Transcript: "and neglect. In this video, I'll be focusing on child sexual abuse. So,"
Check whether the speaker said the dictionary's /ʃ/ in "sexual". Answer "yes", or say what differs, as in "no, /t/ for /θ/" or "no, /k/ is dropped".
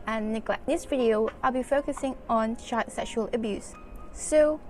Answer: yes